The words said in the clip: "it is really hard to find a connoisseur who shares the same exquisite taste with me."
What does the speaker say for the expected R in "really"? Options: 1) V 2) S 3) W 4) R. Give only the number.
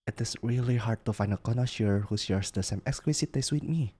4